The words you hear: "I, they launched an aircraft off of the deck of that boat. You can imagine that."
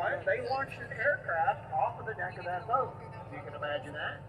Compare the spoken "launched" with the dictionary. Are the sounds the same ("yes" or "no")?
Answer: no